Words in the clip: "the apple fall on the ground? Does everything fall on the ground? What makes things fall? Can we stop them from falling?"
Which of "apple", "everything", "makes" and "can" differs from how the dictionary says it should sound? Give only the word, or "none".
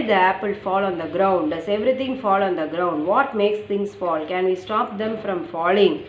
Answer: everything